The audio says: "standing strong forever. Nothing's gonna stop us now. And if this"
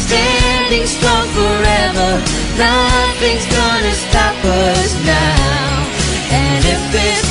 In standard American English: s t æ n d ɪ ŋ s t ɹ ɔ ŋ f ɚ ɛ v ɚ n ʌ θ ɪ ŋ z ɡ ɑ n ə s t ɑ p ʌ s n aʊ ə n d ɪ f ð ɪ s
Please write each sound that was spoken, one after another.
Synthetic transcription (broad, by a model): s t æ n d ɪ ŋ s t ɹ ɔ ŋ f ɚ ɛ v ɚ n ʌ θ ɪ ŋ z ɡ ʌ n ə s t ɑ p ʌ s n aʊ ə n ɪ f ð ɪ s